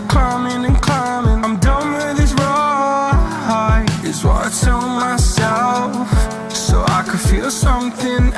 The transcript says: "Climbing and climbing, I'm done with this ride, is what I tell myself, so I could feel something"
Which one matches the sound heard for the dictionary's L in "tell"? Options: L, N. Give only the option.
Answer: N